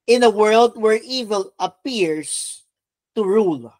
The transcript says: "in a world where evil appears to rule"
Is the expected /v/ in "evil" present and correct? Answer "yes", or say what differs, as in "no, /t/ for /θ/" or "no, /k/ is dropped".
yes